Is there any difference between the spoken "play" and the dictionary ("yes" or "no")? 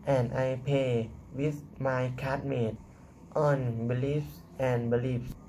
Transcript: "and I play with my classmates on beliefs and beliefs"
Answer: yes